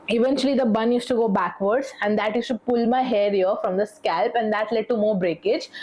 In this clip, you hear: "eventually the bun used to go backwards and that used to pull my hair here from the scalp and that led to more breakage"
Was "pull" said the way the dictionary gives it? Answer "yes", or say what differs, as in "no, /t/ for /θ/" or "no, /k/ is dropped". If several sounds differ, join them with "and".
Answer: yes